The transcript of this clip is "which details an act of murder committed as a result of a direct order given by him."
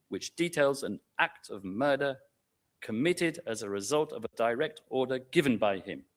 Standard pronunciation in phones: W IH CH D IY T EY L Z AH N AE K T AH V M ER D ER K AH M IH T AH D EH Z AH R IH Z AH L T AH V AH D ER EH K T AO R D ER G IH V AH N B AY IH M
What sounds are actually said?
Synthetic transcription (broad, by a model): W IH CH D IY T EY L Z AH N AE K T AH V M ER D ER K AH M IH T AH D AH Z AH R IH Z AH L T AH V AH D ER EH K T AO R D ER G IH V AH N B AY IH M